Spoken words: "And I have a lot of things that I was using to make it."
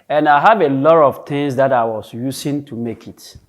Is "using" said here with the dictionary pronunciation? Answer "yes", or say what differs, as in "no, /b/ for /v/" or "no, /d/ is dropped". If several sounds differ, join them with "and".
no, /s/ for /z/